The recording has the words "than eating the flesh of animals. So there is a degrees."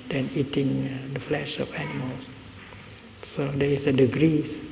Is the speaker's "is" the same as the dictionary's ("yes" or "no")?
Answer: no